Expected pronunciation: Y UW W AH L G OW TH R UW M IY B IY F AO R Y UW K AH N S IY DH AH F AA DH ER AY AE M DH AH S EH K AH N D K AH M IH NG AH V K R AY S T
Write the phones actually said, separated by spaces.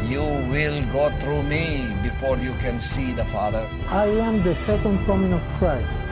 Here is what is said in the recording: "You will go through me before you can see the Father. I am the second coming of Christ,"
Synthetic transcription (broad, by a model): Y UW W AH L G OW T R UW M IY B IY F AO R Y UW K AH N S IY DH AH F AA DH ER AY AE M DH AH S EH K AH N D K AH M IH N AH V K R AY S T